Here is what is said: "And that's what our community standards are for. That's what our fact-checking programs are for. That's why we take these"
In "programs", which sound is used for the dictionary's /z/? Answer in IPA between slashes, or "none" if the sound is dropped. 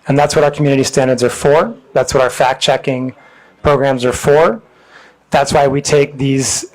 /z/